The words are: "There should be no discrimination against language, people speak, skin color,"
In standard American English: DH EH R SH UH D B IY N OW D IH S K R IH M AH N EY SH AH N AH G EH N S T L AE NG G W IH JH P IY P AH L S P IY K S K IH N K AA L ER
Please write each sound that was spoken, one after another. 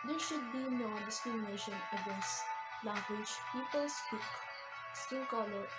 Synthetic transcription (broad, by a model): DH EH SH UH D B IY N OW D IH S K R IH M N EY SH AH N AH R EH S L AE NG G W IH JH P IY P AH L S P IY K S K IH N K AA L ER